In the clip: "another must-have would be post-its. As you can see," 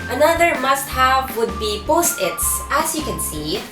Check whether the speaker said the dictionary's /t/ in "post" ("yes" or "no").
yes